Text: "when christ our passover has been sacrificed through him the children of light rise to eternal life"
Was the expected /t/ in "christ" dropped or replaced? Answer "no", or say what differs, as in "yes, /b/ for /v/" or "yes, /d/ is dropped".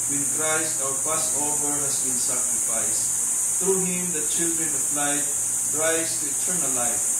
no